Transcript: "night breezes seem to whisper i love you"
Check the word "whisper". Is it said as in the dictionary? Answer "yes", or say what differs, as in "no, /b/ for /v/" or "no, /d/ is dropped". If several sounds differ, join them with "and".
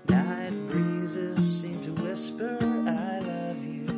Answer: yes